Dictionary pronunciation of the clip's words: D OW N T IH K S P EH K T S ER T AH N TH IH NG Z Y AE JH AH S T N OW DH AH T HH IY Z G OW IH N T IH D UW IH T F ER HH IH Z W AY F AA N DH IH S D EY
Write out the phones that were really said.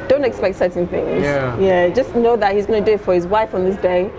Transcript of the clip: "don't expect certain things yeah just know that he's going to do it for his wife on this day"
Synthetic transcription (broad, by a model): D OW N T IH K S P EH K T S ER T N TH IH NG Z Y AE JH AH S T N OW DH AH T HH IY Z G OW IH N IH D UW IH T F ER HH IH Z W AY F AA N DH IH S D EY